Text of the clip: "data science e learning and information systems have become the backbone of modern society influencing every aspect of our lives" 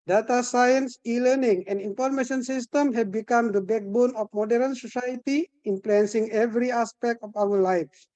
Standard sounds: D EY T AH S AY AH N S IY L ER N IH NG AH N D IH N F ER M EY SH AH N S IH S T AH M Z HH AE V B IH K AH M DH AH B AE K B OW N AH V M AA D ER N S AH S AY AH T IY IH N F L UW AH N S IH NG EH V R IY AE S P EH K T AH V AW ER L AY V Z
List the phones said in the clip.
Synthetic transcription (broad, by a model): D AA T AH S AY AH N S IY L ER N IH NG AH N D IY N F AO M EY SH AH N S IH S T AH M HH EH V B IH K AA M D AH B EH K B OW N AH F M AA D ER N S AH S AY AH T IY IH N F L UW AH N S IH NG EH V R IY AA S P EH K T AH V AW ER L AY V